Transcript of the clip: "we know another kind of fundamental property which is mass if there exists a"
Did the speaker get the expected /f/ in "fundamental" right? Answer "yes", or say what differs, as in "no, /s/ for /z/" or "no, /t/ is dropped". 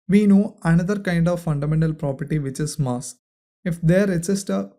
yes